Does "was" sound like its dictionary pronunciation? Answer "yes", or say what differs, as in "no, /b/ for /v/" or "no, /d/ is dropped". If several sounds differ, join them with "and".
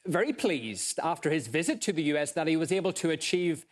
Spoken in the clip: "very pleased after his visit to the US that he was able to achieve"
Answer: yes